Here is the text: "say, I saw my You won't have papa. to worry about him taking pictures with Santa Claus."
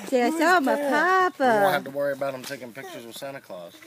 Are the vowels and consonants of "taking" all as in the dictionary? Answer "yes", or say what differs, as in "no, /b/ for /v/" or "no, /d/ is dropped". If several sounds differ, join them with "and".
yes